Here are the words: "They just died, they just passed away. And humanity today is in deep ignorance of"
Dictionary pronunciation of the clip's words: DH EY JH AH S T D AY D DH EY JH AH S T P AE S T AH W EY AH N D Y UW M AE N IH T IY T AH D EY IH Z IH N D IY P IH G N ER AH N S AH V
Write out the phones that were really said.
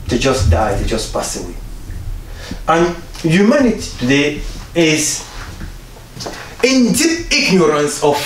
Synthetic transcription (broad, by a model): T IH JH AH S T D AY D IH JH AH S P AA S AH W EY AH N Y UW M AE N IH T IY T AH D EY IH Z IH N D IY IH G N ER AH N S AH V